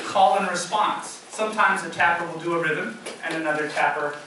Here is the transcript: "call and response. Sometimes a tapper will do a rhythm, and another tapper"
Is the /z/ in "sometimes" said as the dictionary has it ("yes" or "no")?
yes